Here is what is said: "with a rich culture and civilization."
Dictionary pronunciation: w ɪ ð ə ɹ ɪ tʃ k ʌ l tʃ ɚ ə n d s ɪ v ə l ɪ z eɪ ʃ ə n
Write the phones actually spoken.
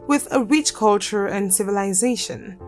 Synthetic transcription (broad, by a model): w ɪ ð ə ɹ ɪ tʃ k ʌ l tʃ ɚ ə n s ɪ v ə l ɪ z eɪ ʃ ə n